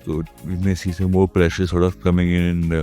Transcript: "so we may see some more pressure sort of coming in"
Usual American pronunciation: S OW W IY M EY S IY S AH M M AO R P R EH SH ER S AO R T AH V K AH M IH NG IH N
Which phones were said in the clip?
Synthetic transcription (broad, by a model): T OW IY M EY S IY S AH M M AO R P R EH SH ER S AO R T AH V K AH M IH NG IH N